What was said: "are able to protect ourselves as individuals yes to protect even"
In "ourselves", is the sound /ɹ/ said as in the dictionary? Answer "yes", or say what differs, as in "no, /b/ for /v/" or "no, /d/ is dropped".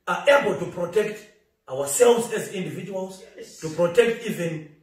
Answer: no, /w/ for /ɹ/